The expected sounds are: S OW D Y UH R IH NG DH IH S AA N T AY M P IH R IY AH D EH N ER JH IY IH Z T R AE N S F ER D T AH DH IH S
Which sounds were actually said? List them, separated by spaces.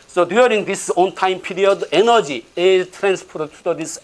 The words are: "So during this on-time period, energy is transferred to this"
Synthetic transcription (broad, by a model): S OW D Y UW R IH NG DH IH S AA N T AY M P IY R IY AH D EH N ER JH IY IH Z T R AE N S P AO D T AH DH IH S